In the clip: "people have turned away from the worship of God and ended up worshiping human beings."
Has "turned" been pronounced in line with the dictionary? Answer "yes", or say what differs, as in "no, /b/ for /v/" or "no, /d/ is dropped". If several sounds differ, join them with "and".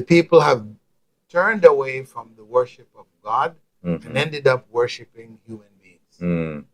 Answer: yes